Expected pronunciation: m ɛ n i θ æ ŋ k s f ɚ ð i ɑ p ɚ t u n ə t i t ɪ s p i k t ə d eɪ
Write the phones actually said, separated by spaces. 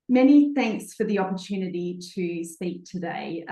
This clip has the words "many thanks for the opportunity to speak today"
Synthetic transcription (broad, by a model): m ɛ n i θ æ ŋ k s f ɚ ð i ɑ p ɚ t u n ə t i t ɪ s p i k t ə d eɪ